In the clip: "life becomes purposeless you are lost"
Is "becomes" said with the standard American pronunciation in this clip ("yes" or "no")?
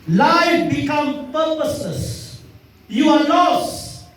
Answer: no